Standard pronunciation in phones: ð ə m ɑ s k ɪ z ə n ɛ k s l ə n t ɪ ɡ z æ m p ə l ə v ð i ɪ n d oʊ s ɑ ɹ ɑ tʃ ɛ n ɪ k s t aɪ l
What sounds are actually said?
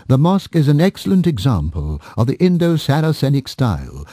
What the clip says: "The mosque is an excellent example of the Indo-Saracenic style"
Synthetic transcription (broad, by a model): ð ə m ɑ s k ɪ z ə n ɛ k s l ə n t ɪ ɡ z æ m p ə l ə v ð i ɪ n d oʊ s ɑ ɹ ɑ s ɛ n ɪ k s t aɪ l